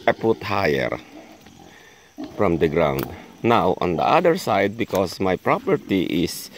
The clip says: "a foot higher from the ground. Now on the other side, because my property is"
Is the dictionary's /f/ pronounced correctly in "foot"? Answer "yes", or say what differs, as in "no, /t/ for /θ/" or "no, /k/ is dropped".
no, /p/ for /f/